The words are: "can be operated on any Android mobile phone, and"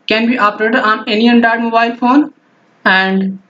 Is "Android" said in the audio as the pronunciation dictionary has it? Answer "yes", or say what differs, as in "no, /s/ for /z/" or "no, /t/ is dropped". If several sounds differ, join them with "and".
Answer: no, /ɹ/ is dropped